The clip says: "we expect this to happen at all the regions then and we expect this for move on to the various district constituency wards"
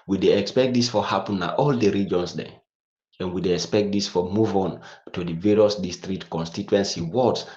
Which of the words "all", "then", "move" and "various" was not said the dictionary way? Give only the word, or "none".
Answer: then